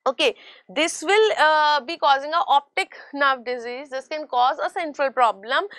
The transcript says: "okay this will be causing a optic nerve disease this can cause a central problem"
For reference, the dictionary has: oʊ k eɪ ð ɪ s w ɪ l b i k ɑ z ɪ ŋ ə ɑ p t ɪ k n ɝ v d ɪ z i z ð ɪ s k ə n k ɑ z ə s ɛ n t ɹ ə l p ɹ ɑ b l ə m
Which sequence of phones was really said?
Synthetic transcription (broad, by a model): oʊ k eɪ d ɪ s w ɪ l b i k ɑ z ɪ ŋ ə ɑ p t ɪ k n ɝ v d ɪ z i z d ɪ s k ə n k ɑ z ə s ɛ n t ɹ ə l p ɹ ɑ b l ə m